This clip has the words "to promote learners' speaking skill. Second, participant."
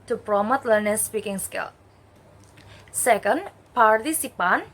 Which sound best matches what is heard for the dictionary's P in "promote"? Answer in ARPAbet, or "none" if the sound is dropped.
P